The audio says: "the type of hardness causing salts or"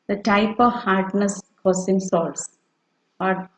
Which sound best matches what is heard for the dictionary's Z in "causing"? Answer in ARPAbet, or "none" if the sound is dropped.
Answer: S